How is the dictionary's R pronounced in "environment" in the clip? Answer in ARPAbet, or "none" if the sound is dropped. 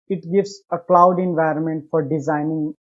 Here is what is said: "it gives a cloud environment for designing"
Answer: R